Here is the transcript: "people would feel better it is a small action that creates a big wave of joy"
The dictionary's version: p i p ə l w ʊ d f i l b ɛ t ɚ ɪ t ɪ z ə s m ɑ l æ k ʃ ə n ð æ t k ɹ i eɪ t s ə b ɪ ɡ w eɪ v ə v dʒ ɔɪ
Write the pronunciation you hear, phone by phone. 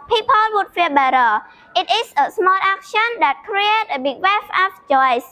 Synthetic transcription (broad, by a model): p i p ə l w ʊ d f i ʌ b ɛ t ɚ ɪ t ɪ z ə s m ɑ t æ k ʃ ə n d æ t k ɹ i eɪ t ə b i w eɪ f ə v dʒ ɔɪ